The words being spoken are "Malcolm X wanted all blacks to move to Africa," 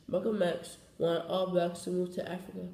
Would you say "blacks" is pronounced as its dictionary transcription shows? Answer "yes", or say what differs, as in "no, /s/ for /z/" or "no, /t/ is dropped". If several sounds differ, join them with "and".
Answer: no, /l/ is dropped